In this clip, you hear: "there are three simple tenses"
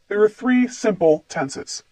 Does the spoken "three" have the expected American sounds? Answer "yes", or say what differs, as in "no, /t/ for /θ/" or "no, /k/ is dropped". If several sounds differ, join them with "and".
yes